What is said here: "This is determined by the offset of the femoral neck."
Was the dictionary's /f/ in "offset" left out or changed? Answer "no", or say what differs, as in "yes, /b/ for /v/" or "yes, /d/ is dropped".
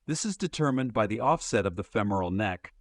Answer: no